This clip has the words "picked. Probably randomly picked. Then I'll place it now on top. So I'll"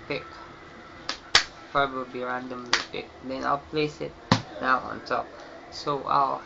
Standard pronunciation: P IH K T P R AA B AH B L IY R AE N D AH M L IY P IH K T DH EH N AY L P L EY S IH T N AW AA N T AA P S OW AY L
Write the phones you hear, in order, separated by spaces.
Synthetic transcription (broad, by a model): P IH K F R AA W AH B IY R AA N D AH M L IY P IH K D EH N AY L P L EY S IH T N AW AA N T AA P S OW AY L